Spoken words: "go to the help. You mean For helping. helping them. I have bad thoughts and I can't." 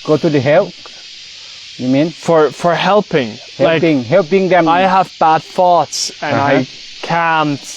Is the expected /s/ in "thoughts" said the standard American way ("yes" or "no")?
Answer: yes